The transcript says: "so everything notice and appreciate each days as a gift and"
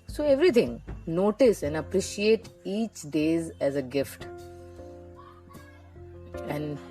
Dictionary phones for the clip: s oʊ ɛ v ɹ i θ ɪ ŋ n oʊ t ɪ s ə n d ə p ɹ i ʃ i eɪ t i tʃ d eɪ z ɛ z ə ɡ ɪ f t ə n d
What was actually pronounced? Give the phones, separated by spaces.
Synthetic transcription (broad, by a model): s oʊ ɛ v ɹ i t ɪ ŋ n oʊ t ɪ s ə n d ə p ɹ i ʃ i eɪ t i tʃ d eɪ z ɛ z ə ɡ ɪ f t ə n d